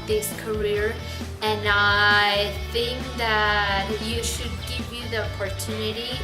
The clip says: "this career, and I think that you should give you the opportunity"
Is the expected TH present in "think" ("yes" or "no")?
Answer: yes